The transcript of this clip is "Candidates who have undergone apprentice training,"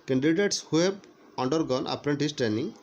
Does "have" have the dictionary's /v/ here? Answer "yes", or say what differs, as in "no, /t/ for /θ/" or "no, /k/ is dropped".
no, /b/ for /v/